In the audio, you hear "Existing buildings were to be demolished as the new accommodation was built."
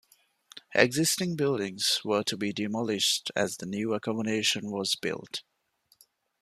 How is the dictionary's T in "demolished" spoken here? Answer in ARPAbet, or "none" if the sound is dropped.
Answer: T